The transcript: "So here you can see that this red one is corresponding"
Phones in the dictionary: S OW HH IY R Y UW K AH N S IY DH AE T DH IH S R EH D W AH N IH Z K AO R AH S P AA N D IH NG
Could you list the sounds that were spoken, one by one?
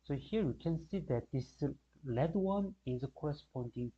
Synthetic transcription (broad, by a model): S OW HH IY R Y UW K AH N S IY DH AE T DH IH S L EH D W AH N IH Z K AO R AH S P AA N D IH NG